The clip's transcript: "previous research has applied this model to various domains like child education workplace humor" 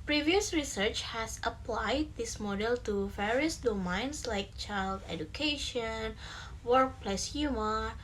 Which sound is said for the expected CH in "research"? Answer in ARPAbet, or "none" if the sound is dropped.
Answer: CH